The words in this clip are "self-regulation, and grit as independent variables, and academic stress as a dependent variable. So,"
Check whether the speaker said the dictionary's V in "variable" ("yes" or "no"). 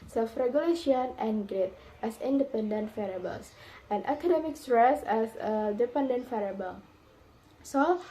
no